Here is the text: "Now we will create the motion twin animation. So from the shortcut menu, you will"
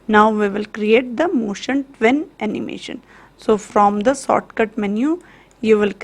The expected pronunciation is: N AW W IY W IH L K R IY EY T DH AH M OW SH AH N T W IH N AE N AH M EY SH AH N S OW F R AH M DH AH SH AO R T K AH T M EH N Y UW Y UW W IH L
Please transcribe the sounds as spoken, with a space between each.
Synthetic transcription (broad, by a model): N AW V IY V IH L K R IY EY T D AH M OW SH AH N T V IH N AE N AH M EY SH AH N S OW F R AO M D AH S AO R T K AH T M EH N Y UW Y UW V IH L